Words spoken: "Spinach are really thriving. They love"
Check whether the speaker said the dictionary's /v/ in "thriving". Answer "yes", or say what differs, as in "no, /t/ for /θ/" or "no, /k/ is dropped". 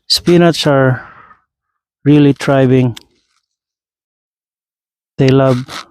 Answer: no, /b/ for /v/